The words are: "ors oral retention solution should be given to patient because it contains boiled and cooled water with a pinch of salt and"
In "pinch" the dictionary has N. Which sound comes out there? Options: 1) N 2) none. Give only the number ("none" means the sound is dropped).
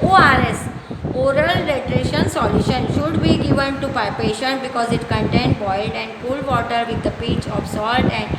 2